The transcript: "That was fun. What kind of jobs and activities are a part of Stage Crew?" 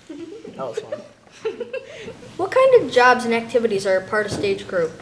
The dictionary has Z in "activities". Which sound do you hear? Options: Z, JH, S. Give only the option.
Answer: Z